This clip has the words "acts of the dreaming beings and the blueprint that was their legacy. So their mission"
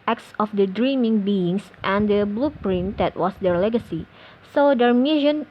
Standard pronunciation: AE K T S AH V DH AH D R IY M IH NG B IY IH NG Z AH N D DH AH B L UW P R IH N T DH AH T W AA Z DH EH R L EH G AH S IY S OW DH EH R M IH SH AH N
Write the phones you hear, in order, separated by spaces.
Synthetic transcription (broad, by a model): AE K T S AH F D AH D R IY M IH NG B IY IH NG S AH N D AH B L UW P R IH N T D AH T W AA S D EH R L EH G AH S IY S OW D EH R M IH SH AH N